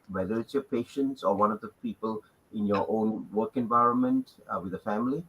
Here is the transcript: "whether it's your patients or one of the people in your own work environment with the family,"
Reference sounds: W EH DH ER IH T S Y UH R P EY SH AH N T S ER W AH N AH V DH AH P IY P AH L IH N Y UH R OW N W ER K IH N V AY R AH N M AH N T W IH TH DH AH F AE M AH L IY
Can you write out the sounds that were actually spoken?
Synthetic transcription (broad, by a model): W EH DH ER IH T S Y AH P EY SH AH N T S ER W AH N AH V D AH P IY P AH L IH N Y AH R OW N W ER K IH N V AY R AH N M AH N T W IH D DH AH F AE M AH L IY